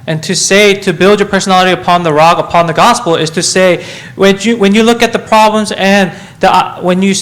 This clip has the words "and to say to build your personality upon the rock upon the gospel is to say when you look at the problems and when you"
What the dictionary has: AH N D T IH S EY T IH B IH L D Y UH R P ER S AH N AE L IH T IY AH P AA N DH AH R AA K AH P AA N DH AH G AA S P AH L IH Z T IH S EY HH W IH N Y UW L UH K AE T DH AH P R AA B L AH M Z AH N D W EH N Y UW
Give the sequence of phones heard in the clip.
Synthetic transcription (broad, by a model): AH N T IH S EY T IH B IH L D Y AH R P ER S AH N AE L IH T IY AH P AA N DH AH R AA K AH P AA N DH AH G AA S P L IH Z T IH S EY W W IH N Y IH L UH K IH T DH AH P R AA B L AH M Z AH N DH W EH N Y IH